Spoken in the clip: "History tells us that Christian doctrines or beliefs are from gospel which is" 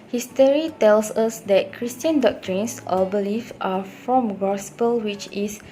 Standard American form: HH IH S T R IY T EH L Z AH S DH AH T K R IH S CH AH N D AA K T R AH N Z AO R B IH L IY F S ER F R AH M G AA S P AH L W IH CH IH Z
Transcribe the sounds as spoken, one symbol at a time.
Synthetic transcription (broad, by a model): HH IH S T R IY T EH L S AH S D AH T K R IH S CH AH N D AA K T R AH N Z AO L B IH L IY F AA F R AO M G AA S P AH L W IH CH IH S